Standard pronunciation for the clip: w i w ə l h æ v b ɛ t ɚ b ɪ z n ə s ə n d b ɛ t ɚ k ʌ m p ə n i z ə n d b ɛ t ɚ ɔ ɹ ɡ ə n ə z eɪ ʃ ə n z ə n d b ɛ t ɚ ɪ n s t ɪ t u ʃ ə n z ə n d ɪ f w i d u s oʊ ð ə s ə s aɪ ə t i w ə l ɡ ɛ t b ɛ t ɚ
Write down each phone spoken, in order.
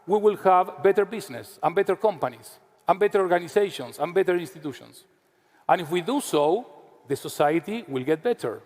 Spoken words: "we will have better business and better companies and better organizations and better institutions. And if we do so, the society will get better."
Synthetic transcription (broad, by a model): w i w ə l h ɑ v b ɛ t ɚ b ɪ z n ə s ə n b ɛ t ɚ k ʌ m p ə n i s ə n b ɛ t ɚ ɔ ɹ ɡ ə n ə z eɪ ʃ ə n s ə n b ɛ t ɚ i n s t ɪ t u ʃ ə n s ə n ɪ f w i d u s oʊ ð ə s ə s aɪ ə t i w ə l ɡ ɛ t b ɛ t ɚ